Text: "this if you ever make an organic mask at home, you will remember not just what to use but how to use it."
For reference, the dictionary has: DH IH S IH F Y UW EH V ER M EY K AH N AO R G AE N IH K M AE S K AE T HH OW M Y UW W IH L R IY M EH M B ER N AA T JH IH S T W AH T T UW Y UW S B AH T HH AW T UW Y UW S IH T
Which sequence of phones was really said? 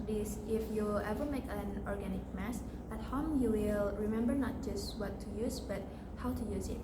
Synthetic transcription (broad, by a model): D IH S IH F Y UW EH V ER M EY K AH N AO R G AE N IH K M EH S AE T HH OW M Y UW W IH L R IY M EH M B ER N AA T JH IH S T W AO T T UW Y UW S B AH T HH AW T UW Y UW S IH T